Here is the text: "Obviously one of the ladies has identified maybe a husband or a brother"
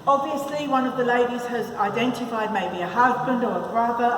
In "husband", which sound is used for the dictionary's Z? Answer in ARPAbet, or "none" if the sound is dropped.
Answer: Z